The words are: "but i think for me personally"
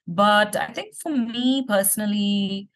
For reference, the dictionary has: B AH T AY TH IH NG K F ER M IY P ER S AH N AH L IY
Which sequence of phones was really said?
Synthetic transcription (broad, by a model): B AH T AY T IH NG K F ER M IY P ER S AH N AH L IY